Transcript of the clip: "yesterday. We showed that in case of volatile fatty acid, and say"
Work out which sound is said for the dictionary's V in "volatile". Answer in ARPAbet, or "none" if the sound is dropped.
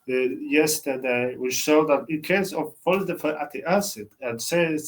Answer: F